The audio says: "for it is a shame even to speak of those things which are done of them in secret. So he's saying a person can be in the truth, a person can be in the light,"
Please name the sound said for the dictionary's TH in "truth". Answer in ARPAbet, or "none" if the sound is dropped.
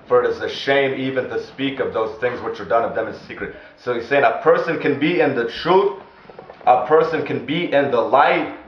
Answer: T